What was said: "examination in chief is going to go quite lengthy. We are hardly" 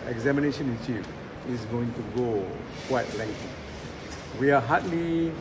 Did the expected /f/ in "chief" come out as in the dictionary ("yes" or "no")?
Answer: no